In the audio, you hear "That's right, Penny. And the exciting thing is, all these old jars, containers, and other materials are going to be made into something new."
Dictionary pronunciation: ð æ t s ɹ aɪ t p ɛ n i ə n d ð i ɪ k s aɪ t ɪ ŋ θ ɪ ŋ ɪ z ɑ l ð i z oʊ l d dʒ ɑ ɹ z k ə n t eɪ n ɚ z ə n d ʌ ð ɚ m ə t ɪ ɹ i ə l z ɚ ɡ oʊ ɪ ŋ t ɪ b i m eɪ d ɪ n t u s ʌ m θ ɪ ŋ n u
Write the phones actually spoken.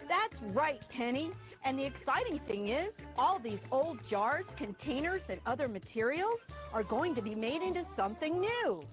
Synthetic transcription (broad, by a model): ð æ t s ɹ aɪ t p ɛ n i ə n ð i ɪ k s aɪ t ɪ ŋ θ ɪ ŋ ɪ z ɑ l ð i z oʊ l d dʒ ɑ ɹ z k ə n t eɪ n ɚ z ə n ʌ ð ɚ m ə t ɪ ɹ i l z ɚ ɡ oʊ ɪ ŋ t ɪ b i m eɪ d ɪ n t u s ʌ m θ ɪ ŋ n u